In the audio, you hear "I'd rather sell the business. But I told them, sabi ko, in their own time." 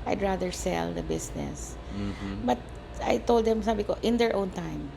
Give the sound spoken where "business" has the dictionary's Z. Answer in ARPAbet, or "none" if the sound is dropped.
S